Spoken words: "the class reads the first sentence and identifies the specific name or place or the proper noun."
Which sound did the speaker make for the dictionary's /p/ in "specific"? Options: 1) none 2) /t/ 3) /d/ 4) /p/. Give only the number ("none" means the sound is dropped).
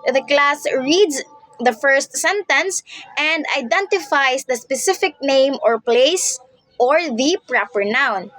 4